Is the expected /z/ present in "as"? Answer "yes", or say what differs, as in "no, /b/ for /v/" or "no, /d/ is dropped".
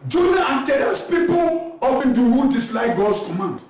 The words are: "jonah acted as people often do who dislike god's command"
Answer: no, /s/ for /z/